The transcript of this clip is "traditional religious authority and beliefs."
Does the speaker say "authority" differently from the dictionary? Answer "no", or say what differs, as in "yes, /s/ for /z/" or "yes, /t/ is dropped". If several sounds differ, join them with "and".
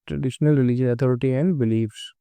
yes, /t/ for /θ/